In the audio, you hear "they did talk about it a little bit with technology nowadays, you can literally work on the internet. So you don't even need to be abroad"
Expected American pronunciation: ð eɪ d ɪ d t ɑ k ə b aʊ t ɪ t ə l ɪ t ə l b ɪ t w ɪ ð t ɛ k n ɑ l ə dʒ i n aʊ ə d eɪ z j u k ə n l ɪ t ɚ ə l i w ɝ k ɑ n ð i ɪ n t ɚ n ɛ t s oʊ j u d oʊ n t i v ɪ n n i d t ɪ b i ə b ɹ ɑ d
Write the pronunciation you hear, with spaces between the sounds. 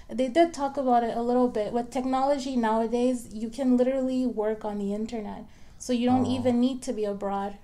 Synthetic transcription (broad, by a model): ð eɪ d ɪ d t ɑ k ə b aʊ t ɪ t ə l ɪ t l b ɪ t w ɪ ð t ɛ k n ɑ l ə dʒ i n aʊ ə d eɪ z j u k ə n l ɪ t ɚ l i w ɝ k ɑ n ð i ɪ n t ɚ n ɛ t s oʊ j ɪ d oʊ n t i v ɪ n n i d t ɪ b i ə b ɹ ɑ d